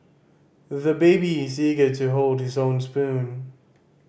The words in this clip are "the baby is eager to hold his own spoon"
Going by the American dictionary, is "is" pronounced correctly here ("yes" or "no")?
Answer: yes